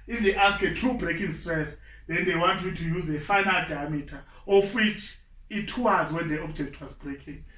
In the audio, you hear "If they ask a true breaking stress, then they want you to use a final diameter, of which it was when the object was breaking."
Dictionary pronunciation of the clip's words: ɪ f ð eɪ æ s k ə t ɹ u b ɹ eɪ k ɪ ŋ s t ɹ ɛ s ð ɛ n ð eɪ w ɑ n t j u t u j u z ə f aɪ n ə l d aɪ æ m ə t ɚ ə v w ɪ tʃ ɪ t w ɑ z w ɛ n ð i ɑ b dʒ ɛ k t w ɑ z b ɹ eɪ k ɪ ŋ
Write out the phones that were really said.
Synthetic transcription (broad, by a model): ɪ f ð eɪ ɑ s k ə t ɹ u b ɹ eɪ k ɪ ŋ s t ɹ ɛ s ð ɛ n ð eɪ w ɑ n t j u t u j u z ə f aɪ n ə l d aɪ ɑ m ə t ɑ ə f w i tʃ ɪ t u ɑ z w ɛ n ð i ɑ b dʒ ɛ k t w ɑ z b ɹ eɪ k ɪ ŋ